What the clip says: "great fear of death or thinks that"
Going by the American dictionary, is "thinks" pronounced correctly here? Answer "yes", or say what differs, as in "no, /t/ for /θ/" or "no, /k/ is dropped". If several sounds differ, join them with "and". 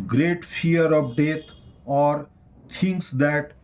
no, /t/ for /θ/